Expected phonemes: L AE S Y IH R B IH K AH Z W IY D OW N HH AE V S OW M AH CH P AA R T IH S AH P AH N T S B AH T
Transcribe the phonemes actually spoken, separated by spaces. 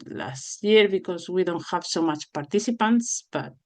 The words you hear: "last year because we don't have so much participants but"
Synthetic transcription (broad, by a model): L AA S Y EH R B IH K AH S W IY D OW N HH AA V S OW M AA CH P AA R T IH S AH P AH N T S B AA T